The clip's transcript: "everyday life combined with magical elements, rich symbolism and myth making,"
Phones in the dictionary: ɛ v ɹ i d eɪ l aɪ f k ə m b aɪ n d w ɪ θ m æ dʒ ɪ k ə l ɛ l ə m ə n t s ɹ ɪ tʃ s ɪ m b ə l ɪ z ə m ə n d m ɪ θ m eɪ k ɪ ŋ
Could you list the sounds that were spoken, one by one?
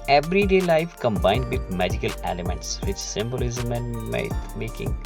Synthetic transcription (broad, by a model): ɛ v ɹ i d eɪ l aɪ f k ə m b aɪ n d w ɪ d m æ dʒ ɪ k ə l ɛ l ə m ə n t s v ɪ tʃ s ɪ m b ə l ɪ z ə m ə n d m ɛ m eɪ k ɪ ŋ